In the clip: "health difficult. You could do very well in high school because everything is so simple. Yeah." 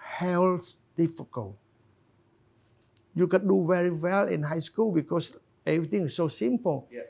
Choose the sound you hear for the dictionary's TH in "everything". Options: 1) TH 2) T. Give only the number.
2